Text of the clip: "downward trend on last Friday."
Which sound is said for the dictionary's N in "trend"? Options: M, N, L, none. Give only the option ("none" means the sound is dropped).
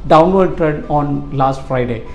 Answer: none